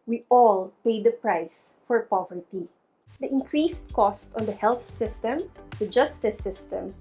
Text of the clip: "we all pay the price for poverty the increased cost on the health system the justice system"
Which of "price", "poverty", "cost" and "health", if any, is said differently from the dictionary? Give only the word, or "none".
none